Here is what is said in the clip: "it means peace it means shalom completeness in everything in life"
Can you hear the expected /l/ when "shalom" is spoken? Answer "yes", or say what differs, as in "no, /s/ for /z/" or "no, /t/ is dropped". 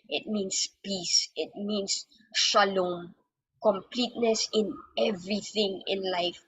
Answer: yes